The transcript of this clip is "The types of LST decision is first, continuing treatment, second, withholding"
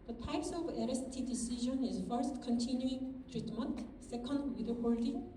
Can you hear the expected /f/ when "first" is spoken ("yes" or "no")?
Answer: yes